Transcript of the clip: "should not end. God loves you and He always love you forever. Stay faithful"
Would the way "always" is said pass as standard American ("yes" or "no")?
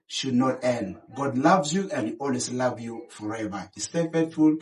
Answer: no